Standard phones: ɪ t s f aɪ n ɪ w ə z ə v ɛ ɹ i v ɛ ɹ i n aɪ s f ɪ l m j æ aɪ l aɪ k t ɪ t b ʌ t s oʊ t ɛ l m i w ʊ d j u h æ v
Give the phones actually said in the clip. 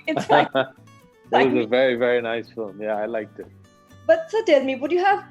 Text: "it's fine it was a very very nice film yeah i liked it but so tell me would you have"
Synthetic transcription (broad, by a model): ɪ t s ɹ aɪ ɪ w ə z ə v ɛ ɹ i v ɛ ɹ i n aɪ s f ɪ l m j æ aɪ l aɪ k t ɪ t b ʌ t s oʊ t ɛ l m i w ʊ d j u h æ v